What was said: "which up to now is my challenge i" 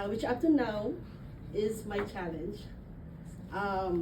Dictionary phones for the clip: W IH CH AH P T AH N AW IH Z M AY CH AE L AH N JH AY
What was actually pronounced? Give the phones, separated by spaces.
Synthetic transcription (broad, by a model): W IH CH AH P T AH N AW IH Z M AY CH AE L AH N JH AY